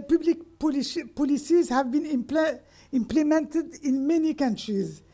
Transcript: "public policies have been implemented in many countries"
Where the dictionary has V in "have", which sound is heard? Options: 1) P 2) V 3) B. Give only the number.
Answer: 2